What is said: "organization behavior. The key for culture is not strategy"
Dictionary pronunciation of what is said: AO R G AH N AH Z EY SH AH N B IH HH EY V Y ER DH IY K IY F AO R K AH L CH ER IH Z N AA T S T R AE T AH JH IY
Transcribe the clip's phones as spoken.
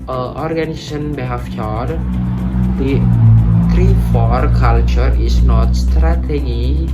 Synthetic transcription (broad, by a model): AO R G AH N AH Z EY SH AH N B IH HH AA F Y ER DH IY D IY F AO R K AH L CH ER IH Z N AA T S T R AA T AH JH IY